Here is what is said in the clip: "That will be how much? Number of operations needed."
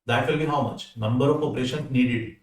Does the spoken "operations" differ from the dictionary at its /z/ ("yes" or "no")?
yes